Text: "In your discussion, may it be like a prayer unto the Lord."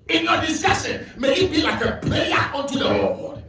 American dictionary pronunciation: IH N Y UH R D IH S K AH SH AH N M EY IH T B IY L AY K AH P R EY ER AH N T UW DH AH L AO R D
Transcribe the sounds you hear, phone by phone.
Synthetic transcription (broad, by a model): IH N Y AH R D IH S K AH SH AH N M EY IH T B IY L AY K AH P L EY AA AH N T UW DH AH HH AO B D